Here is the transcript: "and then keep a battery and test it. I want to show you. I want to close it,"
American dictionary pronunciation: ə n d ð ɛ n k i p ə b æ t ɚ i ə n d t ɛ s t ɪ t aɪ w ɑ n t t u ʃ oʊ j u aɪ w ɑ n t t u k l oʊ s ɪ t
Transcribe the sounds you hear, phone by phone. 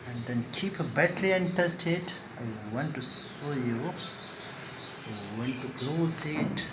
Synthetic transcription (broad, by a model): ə n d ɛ n k i p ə b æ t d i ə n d t ɛ s t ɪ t aɪ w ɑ n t t u s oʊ j u aɪ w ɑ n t t u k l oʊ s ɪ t